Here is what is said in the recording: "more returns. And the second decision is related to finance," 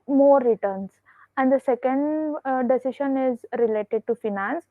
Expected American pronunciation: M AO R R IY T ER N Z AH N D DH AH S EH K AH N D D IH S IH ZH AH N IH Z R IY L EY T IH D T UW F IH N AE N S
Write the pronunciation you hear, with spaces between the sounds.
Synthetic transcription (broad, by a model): M AO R R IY T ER N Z AH N D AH S EH K AH N D D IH S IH SH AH N IH Z R IY L EY T IH D T UW F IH N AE N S